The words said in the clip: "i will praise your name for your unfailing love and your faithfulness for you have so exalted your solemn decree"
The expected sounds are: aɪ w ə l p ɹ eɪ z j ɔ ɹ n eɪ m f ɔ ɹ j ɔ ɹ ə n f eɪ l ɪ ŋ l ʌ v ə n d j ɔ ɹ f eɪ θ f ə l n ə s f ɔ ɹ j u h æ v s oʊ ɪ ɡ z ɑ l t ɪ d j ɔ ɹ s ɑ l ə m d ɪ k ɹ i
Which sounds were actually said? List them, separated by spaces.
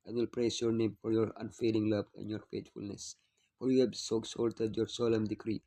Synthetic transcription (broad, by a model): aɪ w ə l p ɹ eɪ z j ɔ ɹ n eɪ m f ɔ ɹ j ɔ ɹ ə n f eɪ l ɪ ŋ l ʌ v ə n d j ɔ ɹ f eɪ t f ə l n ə s f ɔ ɹ j u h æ b s oʊ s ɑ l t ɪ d j ɔ ɹ s ɑ l ə m d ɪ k ɹ i